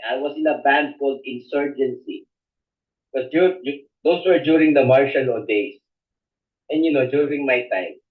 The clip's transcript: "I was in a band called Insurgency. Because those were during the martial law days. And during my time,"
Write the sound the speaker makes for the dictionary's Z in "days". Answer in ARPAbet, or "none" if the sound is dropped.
S